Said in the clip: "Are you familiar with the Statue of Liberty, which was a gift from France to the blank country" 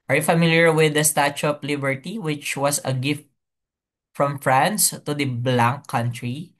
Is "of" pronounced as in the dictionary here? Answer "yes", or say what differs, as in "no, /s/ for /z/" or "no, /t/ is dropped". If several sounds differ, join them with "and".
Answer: no, /p/ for /v/